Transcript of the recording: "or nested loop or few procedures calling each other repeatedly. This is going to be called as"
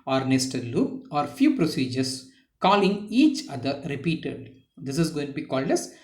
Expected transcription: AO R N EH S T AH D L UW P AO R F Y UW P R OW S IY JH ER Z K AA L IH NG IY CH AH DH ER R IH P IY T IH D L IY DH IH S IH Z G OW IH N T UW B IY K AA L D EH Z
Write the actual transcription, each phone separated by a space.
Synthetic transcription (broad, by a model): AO R N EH S T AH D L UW AO R F Y UW P R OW S IY JH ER S K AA L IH NG IY CH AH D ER R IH P IY T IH D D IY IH S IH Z G OW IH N T UW B IY K AA L D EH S